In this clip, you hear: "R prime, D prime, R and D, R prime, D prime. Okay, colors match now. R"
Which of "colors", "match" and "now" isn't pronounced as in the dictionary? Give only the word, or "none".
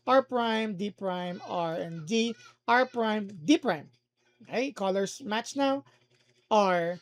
colors